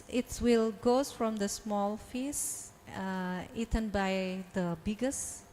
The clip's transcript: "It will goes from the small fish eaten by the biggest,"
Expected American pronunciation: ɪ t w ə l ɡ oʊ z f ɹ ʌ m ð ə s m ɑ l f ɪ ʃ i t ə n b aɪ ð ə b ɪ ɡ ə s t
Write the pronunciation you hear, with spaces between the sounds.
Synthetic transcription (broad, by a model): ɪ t w ə l ɡ oʊ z f ɹ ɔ m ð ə s m ɑ l f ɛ s i t ə n b aɪ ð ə b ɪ ɡ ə s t